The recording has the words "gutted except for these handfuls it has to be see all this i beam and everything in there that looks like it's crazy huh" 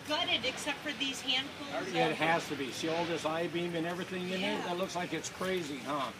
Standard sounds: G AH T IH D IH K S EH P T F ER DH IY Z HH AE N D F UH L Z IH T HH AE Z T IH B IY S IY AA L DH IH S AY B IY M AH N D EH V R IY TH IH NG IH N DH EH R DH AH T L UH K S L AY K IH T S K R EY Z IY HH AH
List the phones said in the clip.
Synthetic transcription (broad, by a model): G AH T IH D IH K S EH P T F ER DH IY Z HH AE N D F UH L IH T HH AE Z T IH B IY S IY AA L DH IH S AY B IY M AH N EH V R IY TH IH NG IH N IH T DH AH T L UH K S L AY K IH T S K R EY Z IY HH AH